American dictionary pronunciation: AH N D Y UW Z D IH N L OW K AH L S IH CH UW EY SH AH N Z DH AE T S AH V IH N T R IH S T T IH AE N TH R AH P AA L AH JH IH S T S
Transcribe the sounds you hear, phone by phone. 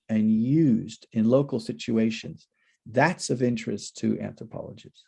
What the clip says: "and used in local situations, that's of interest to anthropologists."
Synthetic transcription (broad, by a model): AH N Y UW Z D IH N L OW K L S IH CH UW EY SH AH N Z DH AE T S AH V IH N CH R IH S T T IH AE N TH R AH P AA L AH JH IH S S